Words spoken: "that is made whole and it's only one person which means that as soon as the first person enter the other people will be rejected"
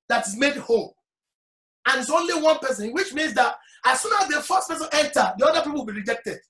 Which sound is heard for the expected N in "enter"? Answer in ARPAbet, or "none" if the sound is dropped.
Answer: L